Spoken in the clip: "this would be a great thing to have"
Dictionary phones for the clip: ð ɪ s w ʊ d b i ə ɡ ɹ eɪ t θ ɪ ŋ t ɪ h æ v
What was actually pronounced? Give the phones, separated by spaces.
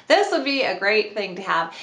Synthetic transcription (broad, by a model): ð ɪ s w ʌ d b i ə ɡ ɹ eɪ t θ ɪ ŋ t ɪ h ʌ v